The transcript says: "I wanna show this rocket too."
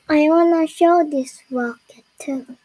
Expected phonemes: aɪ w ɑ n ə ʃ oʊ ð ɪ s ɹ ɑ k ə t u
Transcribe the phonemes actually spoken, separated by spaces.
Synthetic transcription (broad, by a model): aɪ w ɑ n ə ʃ oʊ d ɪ s w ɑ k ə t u